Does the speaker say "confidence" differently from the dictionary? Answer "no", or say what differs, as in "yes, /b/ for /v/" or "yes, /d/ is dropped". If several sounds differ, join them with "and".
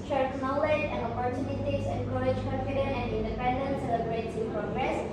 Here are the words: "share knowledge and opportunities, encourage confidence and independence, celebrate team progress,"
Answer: yes, /s/ is dropped